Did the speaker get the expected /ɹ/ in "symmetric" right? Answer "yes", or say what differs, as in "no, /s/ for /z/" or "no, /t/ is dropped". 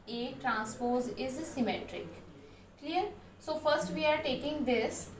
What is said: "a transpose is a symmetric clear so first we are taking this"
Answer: yes